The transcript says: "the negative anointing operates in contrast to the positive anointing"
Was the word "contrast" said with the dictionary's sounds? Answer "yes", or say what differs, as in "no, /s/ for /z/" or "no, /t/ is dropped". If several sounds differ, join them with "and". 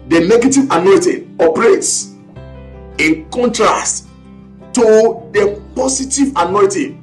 yes